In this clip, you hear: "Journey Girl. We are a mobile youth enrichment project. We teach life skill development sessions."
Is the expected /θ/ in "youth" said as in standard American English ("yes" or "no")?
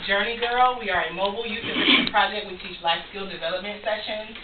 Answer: no